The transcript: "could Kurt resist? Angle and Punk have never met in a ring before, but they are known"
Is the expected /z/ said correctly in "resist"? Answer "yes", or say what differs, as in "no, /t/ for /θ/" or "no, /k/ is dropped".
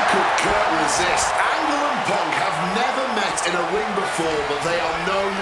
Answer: yes